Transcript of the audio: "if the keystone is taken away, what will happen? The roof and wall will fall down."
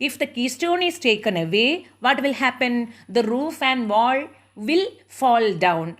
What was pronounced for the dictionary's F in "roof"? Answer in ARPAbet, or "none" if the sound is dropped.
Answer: F